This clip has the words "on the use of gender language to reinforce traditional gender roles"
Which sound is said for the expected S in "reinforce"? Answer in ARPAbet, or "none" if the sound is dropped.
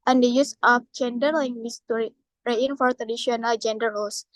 none